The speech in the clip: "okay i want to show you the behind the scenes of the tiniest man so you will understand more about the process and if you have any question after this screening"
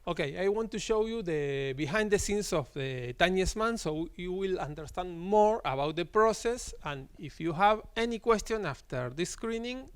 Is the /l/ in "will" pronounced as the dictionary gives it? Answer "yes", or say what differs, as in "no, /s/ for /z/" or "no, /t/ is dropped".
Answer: yes